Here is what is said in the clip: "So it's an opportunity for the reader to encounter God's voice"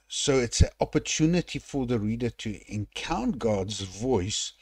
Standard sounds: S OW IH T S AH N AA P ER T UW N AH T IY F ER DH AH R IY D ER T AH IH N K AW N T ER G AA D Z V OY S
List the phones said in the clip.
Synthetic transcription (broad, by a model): S OW IH T S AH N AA P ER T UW N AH T IY F ER DH AH R IY D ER T AH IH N K AW N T G AA D Z V OY S